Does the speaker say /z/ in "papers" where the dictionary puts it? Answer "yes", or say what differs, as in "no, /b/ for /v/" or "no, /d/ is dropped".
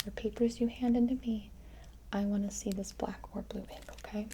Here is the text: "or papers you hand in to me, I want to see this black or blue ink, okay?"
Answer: yes